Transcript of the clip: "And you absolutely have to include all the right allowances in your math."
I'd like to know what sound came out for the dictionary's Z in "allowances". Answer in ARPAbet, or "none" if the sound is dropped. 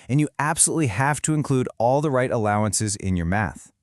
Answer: Z